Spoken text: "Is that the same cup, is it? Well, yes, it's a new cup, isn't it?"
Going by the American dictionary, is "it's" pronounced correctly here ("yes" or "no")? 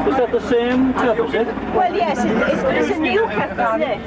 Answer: no